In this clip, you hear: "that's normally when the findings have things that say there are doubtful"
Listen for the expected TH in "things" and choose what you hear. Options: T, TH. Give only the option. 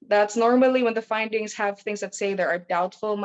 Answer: TH